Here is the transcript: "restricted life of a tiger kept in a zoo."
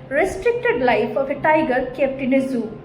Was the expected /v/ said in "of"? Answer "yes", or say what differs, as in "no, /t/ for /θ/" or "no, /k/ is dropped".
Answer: no, /p/ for /v/